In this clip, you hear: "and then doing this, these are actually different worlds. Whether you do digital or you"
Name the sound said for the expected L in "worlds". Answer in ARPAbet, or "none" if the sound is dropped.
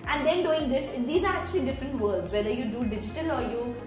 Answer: none